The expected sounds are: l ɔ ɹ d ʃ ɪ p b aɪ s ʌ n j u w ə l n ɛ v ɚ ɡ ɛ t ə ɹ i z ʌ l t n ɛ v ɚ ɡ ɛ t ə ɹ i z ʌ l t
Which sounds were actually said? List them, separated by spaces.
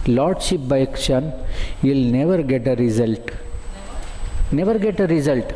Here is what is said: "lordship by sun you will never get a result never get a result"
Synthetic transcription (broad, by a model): l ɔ ɹ d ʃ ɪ p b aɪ ʃ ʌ n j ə l n ɛ v ɚ ɡ ɛ t ə ɹ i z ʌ l t n ɛ v ɚ ɡ ɛ t ə ɹ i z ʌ l t